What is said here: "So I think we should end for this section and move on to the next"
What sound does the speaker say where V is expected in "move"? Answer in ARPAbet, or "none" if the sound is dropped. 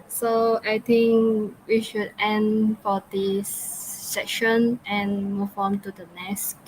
F